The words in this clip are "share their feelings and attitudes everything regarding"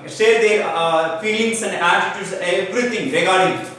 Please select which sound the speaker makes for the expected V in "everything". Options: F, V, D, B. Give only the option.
B